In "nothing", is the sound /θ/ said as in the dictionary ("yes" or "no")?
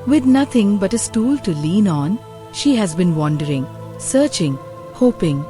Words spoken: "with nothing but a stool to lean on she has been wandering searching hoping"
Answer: no